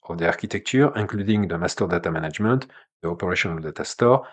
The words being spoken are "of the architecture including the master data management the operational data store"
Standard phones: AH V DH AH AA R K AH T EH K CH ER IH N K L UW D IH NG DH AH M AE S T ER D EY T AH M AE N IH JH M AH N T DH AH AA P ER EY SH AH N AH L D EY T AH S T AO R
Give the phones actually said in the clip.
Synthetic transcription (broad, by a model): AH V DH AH AA R K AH T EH K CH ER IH K L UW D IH NG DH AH M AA S T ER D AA T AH M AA N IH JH M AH N T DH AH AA P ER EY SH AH N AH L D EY T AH S T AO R